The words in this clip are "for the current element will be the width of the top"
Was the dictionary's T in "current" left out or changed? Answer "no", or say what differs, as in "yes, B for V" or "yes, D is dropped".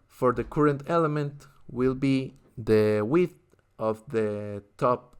no